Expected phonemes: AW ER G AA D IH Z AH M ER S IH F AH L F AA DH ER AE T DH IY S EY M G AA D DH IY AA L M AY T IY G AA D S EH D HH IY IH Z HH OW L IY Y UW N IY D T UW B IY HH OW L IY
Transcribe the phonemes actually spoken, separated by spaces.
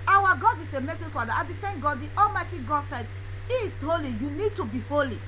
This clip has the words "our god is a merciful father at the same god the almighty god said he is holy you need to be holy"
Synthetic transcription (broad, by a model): AW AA G AA D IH S AH M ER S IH F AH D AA AA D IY S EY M G AA D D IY AA L M AY T IY G AA D S EH D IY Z HH OW L IY Y UW N IY D T UW B IY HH OW L IY